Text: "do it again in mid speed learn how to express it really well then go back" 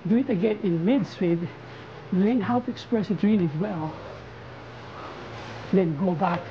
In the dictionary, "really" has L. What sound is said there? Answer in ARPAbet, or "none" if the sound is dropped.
N